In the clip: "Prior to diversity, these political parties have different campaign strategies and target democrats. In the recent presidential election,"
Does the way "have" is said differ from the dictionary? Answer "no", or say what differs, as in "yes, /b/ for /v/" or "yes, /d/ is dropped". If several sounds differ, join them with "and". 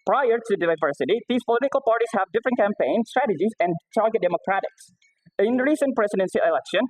no